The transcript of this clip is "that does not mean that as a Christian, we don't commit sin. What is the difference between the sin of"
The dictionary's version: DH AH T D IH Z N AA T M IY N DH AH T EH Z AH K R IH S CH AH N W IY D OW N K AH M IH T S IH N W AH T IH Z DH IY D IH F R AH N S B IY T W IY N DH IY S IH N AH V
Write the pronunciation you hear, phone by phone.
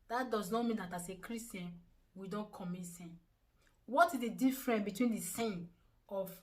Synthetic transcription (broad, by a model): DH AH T D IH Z N AA T M IY N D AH T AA S AH K R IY S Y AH N W IY D OW N K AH M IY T S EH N W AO T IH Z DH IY D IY F R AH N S B IY T W IY N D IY S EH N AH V